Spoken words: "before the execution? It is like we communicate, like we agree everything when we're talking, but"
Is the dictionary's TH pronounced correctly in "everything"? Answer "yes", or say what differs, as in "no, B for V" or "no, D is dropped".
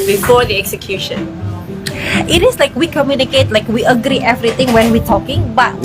no, T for TH